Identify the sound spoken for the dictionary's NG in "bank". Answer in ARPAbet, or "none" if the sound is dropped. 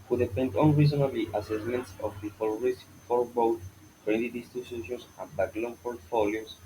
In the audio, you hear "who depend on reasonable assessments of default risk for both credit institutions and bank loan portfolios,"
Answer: none